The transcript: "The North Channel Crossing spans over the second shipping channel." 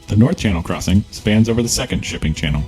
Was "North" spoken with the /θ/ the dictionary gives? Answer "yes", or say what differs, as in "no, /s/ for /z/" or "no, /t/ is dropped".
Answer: yes